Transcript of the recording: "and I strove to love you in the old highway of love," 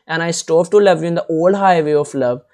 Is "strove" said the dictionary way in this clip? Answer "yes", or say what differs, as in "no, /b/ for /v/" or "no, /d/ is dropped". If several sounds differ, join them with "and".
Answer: no, /ɹ/ is dropped and /p/ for /v/